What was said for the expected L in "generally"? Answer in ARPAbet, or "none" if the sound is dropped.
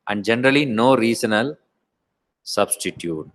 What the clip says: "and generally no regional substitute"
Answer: L